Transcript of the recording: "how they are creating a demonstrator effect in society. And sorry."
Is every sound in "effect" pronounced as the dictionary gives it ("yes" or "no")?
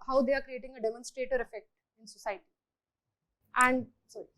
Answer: yes